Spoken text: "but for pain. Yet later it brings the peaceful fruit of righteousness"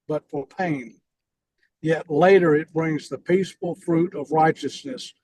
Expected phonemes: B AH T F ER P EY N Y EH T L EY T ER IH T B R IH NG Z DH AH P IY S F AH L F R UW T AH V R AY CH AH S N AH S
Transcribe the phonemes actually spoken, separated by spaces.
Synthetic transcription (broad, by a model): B AH T F ER P EY N Y EH T L EY T ER IH T B R IH NG Z DH AH P IY S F L F R UW T AH V R AY CH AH S N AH S